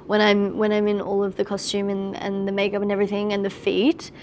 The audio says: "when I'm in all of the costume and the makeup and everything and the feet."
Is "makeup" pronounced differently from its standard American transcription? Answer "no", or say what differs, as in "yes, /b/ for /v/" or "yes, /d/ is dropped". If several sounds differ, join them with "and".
no